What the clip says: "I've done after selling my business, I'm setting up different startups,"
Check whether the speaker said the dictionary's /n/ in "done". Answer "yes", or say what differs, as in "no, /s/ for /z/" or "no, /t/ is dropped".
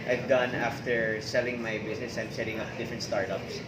yes